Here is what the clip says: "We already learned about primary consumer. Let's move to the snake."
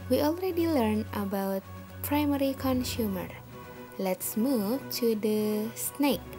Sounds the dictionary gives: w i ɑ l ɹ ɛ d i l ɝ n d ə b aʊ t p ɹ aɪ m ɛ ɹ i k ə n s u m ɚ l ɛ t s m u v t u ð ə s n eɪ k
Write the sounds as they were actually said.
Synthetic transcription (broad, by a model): w i ɑ l ɹ ɛ d i l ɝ n ə b aʊ t p ɹ aɪ m ɛ ɹ i k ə n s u m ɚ l ɛ t s m u v t u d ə s n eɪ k